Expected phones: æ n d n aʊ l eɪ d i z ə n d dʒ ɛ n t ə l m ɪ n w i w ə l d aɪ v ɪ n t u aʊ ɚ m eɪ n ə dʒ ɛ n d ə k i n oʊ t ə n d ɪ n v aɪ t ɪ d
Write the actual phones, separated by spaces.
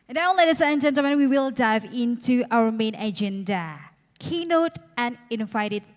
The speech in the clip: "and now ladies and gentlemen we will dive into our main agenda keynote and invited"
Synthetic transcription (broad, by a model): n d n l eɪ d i s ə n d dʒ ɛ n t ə m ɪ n w i w ə l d aɪ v ɪ n t u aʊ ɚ m eɪ n ə dʒ ɛ n d ə k i n oʊ t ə n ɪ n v aɪ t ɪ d